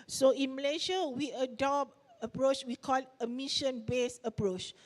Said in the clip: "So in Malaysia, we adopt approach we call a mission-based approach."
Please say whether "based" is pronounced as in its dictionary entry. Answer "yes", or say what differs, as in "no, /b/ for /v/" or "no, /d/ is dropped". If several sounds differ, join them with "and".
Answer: no, /t/ is dropped